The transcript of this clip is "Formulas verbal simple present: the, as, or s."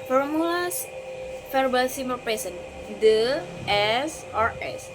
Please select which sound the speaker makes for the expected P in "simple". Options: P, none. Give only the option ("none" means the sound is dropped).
none